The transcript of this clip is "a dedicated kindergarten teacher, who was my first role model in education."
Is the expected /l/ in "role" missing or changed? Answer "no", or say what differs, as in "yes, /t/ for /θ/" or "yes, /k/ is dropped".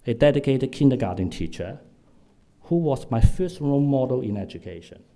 yes, /n/ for /l/